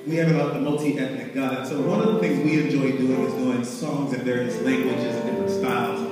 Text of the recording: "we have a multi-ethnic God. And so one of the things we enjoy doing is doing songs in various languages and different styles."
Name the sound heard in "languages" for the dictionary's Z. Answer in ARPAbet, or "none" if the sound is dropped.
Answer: Z